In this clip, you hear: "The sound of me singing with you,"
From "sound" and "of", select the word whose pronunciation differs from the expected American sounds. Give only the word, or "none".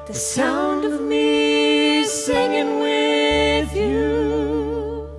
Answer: none